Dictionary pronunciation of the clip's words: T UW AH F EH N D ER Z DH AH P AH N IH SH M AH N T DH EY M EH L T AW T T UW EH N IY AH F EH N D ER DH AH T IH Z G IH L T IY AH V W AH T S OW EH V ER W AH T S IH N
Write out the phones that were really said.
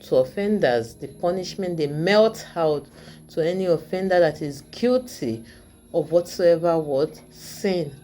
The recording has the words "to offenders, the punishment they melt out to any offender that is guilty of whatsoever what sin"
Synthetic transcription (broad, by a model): T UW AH F EH N D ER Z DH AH P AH N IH SH M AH N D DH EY M EH L T AW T T UW EH N IY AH F EH N D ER DH AH T IH Z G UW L T IY AH V W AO T S OW EH V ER W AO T S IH N